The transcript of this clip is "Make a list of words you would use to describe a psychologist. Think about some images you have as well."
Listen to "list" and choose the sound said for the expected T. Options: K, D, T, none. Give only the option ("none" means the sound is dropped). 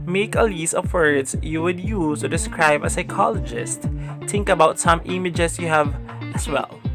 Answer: none